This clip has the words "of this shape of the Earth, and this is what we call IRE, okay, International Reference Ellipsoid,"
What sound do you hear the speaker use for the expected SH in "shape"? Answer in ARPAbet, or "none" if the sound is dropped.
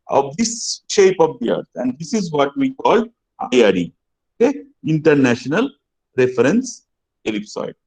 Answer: SH